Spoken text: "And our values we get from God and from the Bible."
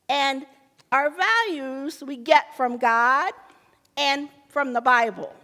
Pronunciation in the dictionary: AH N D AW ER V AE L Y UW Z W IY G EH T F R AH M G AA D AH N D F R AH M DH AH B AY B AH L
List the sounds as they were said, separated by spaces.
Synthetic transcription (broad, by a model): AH N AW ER V AE L Y UW Z W IY G EH T F R AH M G AA D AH N F R AH M DH AH B AY B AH L